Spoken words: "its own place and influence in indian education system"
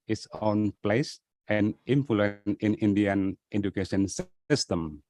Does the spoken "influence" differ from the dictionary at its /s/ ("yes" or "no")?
yes